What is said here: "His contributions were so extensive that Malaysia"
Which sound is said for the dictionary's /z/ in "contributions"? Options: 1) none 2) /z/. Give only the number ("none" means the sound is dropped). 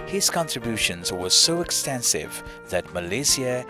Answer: 2